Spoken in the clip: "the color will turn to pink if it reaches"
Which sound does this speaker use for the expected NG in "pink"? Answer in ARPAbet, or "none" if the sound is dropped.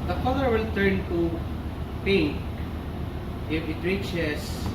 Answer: none